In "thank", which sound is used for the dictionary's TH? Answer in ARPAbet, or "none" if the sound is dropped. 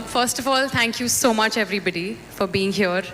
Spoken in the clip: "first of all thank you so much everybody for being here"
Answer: T